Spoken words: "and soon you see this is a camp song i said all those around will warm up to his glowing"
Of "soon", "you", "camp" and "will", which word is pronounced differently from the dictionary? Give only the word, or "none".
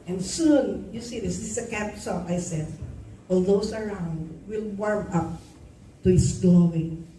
camp